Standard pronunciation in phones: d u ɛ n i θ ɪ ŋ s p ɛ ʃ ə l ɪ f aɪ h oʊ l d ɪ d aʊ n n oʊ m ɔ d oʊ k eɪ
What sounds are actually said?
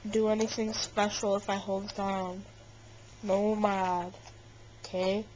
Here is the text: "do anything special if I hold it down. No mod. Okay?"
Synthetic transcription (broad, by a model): d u ɛ n i θ ɪ ŋ s p ɛ ʃ l ɪ f aɪ h oʊ l d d aʊ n n oʊ m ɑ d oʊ k eɪ